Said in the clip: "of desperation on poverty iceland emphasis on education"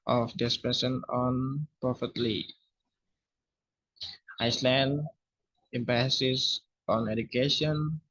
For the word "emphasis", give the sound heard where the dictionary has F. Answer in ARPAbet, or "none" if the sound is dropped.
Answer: P